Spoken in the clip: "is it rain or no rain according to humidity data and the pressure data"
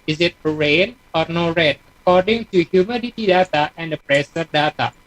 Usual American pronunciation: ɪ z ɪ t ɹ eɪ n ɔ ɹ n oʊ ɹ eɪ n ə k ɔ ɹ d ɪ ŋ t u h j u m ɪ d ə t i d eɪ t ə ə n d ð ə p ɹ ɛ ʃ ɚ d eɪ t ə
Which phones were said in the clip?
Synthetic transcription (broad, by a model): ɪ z ɪ t ɹ eɪ n ɔ ɹ n oʊ ɹ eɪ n ə k ɔ ɹ d ɪ ŋ t u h j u m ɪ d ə t i d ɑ t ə ə n d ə p ɹ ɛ s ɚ d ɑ t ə